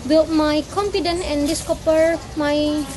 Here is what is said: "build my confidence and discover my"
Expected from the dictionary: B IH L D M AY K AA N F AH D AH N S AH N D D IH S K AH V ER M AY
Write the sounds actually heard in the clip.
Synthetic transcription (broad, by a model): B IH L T M AY K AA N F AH D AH N AH N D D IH S K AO P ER M AY